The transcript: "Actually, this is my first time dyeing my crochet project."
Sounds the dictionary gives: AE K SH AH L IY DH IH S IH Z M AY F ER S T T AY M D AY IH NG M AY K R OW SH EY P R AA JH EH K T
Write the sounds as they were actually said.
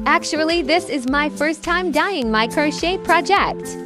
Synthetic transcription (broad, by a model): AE K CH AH L IY DH IH S IH Z M AY F ER S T T AY M D AY IH NG M AY K R OW SH EY P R AA JH EH K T